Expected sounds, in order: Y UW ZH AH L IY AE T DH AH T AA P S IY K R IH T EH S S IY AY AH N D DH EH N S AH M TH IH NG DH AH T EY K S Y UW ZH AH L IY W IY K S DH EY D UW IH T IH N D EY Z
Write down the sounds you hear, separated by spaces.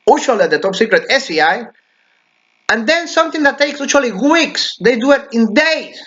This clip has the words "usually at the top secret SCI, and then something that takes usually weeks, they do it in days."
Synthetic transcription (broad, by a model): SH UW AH L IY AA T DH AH T AA P S IY K R IH T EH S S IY AY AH N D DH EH N S AH M TH IH NG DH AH T EY K S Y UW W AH L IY W IY K S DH EY D UW IH T IH N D EY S